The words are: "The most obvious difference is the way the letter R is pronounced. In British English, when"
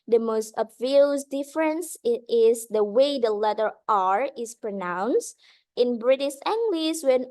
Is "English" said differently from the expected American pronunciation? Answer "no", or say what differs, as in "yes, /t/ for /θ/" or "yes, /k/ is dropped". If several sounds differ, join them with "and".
yes, /s/ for /ʃ/